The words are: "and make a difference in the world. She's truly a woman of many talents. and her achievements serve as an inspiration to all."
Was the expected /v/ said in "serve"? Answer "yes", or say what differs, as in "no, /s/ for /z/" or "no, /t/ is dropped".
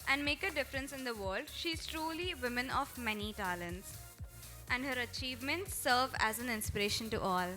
yes